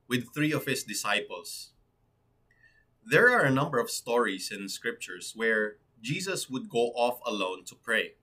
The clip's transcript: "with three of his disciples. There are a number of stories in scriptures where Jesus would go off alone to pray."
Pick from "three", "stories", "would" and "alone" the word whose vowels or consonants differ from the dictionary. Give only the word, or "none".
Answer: stories